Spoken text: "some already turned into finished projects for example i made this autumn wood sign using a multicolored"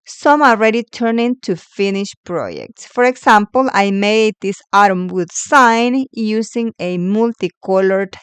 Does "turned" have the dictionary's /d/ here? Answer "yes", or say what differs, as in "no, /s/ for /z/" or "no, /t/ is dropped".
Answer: no, /d/ is dropped